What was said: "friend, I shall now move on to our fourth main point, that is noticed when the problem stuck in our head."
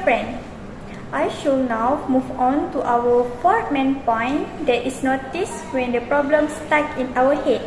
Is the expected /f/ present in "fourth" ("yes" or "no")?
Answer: no